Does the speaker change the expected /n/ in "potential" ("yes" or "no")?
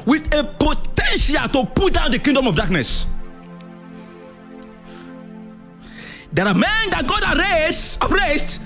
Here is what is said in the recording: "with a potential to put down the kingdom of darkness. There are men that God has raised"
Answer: no